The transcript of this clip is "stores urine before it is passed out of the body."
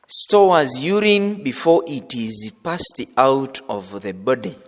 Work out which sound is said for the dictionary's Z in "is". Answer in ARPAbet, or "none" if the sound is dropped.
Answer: Z